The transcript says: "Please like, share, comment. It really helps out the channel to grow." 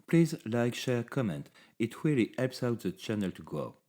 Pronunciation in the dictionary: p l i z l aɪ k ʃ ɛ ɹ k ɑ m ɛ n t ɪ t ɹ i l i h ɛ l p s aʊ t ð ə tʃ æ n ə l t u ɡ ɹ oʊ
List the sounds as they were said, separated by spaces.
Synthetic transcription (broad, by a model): p l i z l aɪ k ʃ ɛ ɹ k ɑ m ɛ n t ɪ t w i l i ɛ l p s aʊ t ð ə tʃ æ n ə l t u ɡ oʊ